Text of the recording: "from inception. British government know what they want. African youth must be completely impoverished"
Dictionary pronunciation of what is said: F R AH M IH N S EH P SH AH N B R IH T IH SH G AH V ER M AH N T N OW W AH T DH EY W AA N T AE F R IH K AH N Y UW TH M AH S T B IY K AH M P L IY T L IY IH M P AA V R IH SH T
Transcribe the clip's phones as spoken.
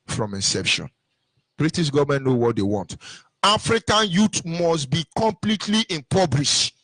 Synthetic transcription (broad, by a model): F R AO M IH N S EH P SH AH N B R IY T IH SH G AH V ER M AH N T N OW W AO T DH EY W AA N T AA F R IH K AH N Y UW T M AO S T B IY K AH M P L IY T L IY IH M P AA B R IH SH